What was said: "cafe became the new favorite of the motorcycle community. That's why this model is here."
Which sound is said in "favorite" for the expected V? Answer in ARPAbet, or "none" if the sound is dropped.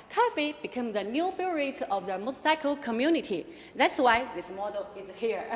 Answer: none